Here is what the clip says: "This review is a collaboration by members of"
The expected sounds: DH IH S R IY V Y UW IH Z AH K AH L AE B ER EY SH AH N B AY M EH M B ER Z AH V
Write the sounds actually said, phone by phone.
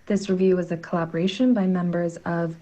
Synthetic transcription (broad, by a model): DH IH S R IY V Y UW IH Z AH K AH L AE B ER EY SH AH N B AY M EH M B ER Z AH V